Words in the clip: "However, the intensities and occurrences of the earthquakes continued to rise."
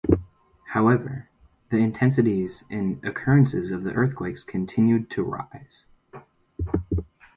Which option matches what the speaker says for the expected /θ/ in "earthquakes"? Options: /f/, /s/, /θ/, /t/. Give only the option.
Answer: /θ/